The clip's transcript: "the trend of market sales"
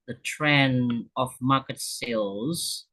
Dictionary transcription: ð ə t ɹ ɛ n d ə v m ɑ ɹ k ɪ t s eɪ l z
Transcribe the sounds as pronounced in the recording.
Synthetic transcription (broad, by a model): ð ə t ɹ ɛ n ə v m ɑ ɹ k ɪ t s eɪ l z